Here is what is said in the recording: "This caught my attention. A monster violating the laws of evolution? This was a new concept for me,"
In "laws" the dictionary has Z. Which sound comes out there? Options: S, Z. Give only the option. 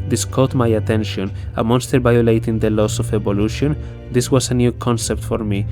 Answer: S